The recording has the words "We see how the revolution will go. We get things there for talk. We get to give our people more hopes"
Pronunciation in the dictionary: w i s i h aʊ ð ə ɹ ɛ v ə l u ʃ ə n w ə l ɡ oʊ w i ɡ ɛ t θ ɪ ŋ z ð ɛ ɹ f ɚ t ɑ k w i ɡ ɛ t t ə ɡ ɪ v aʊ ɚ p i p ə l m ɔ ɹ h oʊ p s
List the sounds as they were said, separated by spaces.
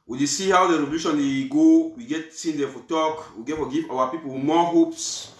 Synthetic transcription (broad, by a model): w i s i h aʊ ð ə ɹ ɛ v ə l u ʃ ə n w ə ɡ oʊ w i ɡ ɛ t s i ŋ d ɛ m f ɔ t ɑ k w i ɡ ɛ t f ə ɡ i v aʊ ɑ p i p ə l m ɔ h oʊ p s